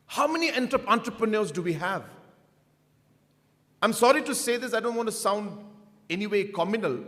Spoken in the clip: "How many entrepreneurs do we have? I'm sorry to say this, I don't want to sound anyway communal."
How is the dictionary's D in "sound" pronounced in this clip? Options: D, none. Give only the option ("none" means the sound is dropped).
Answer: D